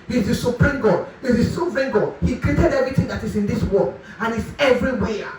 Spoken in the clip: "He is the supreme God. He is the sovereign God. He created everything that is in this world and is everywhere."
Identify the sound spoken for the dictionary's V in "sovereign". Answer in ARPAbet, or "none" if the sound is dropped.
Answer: P